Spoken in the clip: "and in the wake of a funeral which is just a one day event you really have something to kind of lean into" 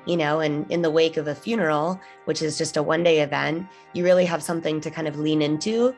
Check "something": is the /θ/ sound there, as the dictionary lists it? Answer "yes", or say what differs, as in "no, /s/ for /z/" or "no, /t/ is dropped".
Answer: yes